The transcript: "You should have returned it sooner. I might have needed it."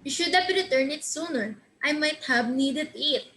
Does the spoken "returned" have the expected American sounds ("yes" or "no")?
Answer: no